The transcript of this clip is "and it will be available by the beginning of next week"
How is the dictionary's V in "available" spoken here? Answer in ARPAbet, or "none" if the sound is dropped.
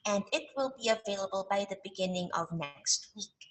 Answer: V